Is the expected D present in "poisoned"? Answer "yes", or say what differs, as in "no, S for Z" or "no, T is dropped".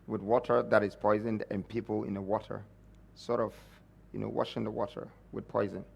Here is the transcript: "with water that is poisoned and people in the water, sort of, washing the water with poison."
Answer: yes